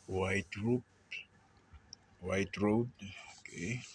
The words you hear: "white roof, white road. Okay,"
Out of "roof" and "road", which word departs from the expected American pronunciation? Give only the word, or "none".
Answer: roof